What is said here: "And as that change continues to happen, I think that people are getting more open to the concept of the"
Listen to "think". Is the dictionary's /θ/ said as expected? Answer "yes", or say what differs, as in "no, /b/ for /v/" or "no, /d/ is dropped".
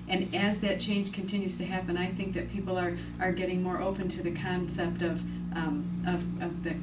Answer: yes